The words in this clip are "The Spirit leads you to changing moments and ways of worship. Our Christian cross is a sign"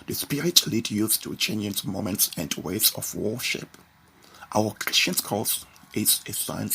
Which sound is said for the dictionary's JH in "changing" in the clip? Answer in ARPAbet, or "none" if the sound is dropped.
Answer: none